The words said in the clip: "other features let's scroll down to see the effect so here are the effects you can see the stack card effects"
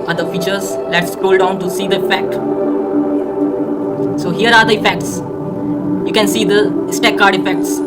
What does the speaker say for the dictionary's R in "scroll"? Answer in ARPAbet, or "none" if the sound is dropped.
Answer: none